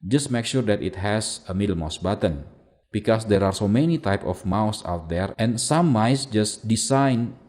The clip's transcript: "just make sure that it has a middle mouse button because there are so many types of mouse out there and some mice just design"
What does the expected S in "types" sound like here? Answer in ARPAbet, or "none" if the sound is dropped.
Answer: none